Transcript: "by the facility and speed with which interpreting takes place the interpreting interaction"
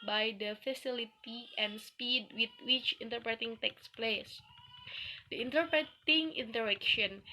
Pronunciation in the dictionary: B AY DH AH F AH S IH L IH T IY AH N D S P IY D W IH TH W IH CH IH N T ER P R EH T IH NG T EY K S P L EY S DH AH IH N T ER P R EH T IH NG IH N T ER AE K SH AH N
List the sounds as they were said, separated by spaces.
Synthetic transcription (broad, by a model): B AY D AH F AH S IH L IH T IY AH N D S P IY D W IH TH W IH CH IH N T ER P R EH T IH NG T EY K S P L EY S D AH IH N T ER P R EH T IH NG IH N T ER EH K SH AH N